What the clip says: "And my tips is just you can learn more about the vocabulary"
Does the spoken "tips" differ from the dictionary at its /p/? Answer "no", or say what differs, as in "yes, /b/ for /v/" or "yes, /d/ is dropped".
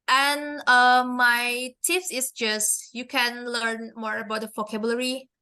yes, /f/ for /p/